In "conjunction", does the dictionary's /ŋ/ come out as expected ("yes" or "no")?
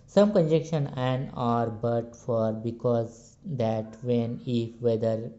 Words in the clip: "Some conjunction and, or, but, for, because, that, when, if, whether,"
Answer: no